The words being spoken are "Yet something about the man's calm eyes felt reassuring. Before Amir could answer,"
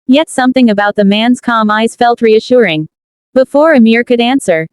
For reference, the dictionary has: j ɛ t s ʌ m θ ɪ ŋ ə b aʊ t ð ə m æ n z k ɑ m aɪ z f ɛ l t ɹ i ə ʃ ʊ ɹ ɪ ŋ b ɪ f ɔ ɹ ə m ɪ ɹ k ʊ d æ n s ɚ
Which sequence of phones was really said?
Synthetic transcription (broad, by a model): j ɛ t s ʌ m θ ɪ ŋ ə b aʊ t ð ə m æ n z k ɑ m aɪ z f ɛ l t ɹ i ə ʃ ʊ ɹ ɪ ŋ b ɪ f ɔ ɹ ə m ɪ ɹ k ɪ d æ n s ɚ